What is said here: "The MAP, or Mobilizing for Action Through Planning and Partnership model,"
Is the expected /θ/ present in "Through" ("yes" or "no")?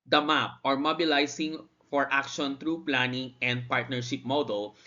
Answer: no